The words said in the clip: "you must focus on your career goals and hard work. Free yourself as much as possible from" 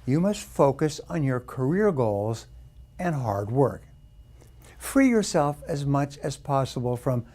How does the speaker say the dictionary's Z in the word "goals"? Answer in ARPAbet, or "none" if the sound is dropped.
Z